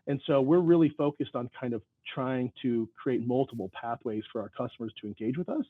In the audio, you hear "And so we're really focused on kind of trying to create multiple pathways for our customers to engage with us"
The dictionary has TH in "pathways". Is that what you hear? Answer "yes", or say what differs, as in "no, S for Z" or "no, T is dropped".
yes